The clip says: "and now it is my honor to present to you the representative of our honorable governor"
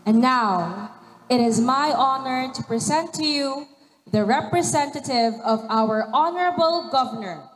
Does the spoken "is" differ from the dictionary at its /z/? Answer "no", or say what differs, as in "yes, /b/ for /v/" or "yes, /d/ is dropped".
no